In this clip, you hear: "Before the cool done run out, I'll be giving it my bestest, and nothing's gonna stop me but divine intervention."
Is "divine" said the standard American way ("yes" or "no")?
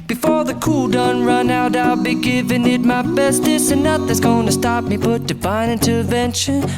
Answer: no